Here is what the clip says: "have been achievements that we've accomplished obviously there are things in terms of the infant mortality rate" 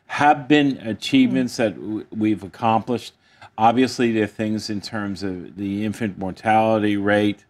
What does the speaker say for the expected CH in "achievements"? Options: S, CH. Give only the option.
CH